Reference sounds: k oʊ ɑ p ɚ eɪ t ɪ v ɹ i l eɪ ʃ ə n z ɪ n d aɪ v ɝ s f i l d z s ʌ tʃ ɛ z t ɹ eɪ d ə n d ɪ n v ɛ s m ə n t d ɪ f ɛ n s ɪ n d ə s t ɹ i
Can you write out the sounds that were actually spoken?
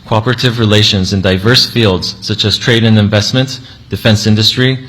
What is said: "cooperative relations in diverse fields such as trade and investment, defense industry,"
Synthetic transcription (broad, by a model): k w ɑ p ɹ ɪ t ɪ v ɹ i l eɪ ʃ ə n z ɪ n d aɪ v ɝ s f i l d z s ʌ tʃ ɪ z t ɹ eɪ d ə n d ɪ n v ɛ s m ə n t d ɪ f ɛ n s ɪ n d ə s t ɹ i